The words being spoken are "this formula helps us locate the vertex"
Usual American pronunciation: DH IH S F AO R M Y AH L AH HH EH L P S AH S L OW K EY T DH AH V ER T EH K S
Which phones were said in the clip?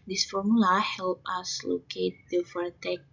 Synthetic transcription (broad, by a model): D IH S F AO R M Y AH L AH HH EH L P AH S L OW K EY T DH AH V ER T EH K